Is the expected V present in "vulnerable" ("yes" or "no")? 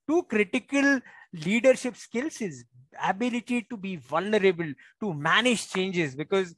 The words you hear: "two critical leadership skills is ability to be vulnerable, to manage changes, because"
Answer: yes